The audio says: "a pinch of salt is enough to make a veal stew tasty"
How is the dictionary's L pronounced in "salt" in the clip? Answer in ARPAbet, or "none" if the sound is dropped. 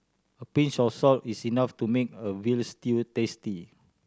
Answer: L